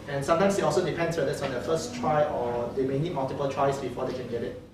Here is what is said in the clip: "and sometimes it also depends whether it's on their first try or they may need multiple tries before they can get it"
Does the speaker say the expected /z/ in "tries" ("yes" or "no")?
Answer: no